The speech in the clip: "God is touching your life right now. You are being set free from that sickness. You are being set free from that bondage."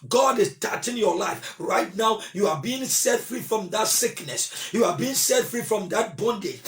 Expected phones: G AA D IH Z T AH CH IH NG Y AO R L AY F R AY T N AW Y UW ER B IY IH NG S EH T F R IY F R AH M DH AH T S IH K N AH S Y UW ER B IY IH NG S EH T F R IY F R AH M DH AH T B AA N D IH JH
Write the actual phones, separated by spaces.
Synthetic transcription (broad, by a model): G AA D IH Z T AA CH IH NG Y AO L AY F R AY T N AW Y UW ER B IY IH NG S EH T F R IY F R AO M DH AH T S IH K N AH S Y UW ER B IY IH NG S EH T F R IY F R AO M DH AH T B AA N D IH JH